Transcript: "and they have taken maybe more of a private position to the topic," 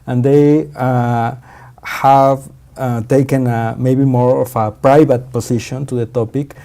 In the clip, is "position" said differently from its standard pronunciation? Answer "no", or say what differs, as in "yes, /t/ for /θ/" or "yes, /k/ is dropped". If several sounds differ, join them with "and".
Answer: yes, /s/ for /z/